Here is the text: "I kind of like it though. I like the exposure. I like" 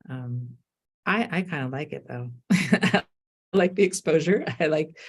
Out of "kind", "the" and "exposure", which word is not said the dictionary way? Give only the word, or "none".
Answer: none